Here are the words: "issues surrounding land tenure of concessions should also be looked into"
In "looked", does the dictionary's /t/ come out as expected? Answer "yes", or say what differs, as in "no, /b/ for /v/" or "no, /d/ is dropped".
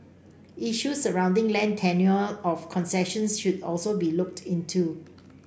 yes